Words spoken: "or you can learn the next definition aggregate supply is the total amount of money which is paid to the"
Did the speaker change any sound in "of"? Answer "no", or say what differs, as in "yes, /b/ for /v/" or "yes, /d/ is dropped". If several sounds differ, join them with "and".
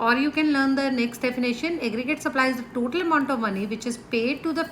no